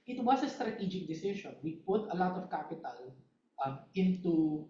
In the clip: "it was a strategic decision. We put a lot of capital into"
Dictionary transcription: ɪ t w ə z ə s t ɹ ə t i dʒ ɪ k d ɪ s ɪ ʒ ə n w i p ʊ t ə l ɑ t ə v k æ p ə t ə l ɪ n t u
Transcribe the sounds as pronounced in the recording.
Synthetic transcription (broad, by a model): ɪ t w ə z ə s t ɹ ə t i dʒ ɪ k d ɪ s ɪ ʃ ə n w i p ʊ t ə l ɑ t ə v k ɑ p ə t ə l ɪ n t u